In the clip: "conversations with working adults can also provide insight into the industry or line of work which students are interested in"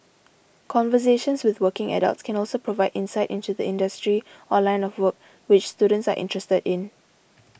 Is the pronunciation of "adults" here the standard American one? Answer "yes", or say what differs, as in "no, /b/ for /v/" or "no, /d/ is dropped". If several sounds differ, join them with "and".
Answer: yes